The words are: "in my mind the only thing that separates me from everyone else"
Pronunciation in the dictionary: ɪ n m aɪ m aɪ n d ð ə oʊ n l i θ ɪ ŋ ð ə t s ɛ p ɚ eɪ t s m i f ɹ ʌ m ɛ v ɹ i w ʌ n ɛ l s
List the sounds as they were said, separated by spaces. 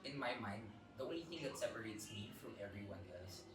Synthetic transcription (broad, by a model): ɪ n m aɪ m aɪ n d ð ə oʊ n i θ ɪ ŋ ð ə t s ɛ p ɚ eɪ t s m i f ɹ ʌ m ɛ v ɹ i w ʌ n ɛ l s